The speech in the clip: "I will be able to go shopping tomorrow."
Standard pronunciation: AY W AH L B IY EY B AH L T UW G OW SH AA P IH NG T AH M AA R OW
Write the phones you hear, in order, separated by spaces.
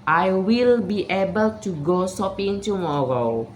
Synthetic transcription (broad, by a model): AY W AH L B IY EY B AH L T UW G OW S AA P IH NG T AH M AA R OW